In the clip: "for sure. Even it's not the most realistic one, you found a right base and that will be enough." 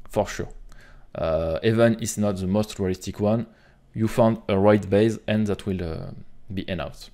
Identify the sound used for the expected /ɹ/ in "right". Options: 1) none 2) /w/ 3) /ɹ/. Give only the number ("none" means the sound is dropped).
3